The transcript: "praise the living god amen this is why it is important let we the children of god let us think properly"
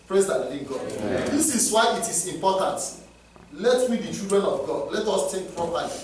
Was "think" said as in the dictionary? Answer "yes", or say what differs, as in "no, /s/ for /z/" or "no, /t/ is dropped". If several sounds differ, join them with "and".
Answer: no, /t/ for /θ/